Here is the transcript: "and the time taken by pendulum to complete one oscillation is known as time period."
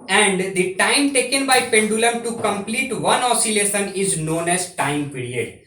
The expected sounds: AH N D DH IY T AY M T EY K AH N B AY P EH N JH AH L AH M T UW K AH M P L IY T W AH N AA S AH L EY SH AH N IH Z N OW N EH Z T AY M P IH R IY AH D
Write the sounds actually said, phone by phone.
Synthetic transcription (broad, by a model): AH N D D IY T AY M T EY K AH N B AY P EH N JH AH L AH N T UW K AH M P L IY T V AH N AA S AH L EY S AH N IH Z N OW N EH Z T AY M P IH R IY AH D